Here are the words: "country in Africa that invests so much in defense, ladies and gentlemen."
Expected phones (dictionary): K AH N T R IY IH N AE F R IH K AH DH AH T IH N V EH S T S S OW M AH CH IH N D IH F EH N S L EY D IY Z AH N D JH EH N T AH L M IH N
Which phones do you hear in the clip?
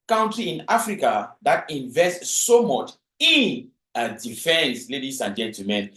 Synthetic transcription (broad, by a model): K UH N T R IY IH N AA F R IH K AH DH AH T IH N V EH S T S S OW M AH CH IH N D IH F EH N S L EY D IY S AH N JH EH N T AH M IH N